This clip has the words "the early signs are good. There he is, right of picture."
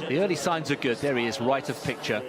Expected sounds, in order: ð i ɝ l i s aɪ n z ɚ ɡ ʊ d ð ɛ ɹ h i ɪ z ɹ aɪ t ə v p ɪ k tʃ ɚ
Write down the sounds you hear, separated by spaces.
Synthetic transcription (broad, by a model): ð i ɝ l i s aɪ n z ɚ ɡ ʊ d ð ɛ ɹ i ɪ z ɹ aɪ t ə v p ɪ k tʃ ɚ